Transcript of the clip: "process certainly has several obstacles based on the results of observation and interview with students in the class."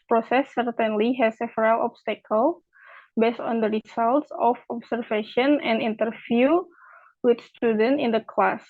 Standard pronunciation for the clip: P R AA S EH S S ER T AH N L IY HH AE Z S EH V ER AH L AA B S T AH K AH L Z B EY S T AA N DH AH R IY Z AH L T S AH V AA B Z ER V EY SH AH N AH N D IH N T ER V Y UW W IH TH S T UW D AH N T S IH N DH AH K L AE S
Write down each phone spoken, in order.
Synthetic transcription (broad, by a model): P R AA S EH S S ER T AH N L IY HH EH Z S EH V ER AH L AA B S T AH K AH L B EY S T AA N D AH R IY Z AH L T S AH F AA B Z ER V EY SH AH N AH N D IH N T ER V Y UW W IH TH S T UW D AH N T IH N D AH K L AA S